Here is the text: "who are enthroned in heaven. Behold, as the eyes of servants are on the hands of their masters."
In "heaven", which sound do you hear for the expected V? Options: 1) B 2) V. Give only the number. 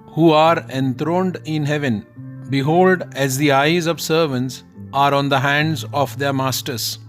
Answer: 2